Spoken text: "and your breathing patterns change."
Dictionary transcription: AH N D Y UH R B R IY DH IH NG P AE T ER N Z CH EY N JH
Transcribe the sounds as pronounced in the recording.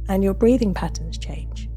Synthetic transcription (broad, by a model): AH N Y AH B R IY DH IH NG P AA T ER N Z CH EY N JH